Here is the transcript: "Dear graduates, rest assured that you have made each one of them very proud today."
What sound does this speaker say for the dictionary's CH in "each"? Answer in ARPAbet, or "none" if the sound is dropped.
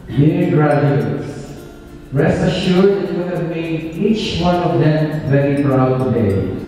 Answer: CH